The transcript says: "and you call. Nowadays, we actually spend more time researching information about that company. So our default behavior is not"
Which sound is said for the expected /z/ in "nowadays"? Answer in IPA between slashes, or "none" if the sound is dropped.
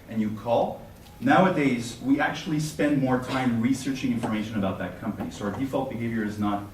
/z/